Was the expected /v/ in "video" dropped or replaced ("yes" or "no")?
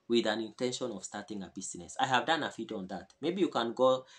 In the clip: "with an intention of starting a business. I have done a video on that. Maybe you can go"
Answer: yes